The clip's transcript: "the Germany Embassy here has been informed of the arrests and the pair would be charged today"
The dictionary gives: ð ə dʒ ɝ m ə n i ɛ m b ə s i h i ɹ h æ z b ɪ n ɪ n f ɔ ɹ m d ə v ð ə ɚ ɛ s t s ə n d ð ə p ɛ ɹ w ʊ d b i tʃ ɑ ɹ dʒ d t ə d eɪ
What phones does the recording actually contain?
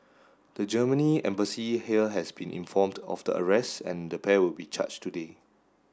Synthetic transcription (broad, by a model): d ə dʒ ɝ m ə n i ɛ m b ə s i h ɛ l h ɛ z b ɪ n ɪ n f ɔ m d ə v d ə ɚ ɛ s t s ə n d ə p ɛ w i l b i tʃ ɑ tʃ t ə d eɪ